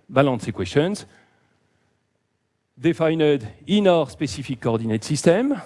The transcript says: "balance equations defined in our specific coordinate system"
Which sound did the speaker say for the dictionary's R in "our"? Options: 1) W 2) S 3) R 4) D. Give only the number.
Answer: 3